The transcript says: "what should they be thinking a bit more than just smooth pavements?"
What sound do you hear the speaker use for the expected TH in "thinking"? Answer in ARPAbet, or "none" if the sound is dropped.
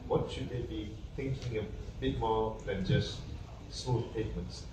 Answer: T